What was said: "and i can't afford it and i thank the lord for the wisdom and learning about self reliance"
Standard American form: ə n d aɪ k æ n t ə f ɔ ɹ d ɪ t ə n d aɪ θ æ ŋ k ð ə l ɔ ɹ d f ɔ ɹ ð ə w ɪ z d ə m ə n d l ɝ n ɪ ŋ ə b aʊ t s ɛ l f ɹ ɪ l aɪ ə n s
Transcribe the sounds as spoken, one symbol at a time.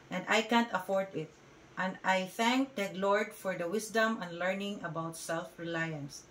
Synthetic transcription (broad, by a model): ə n d aɪ k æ n t ə f ɔ ɹ d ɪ t ə n d aɪ θ æ ŋ k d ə l ɔ ɹ d f ɔ ɹ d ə w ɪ s d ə m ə n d l ɝ n ɪ ŋ ə b aʊ t s ɛ l f ɹ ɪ l aɪ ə n s